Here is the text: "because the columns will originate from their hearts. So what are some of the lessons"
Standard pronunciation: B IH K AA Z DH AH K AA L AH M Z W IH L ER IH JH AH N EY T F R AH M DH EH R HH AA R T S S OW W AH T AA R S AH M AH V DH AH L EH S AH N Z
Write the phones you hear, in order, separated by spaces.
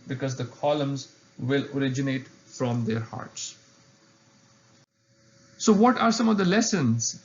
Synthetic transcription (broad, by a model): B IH K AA Z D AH K AA L AH M Z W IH L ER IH JH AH N EY T F R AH M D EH R HH AA R T S S OW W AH T AA R S AH M AH V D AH L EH S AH N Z